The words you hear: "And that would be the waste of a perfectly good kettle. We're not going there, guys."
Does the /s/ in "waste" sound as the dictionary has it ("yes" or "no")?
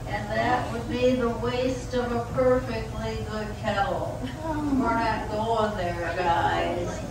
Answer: yes